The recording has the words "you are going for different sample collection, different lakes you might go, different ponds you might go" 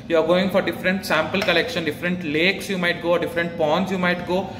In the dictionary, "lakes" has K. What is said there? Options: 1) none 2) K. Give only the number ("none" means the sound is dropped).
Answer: 2